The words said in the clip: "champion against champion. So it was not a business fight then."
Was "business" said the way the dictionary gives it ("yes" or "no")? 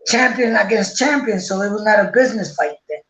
yes